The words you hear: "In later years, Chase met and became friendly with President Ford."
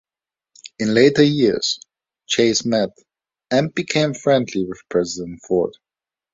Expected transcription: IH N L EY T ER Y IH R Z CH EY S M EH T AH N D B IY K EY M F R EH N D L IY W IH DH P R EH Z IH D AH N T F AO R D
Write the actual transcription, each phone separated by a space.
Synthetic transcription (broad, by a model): IH N L EY T ER Y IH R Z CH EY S M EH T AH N B IY K EY M F R EH N D L IY W IH DH P R EH Z IH D AH N T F AO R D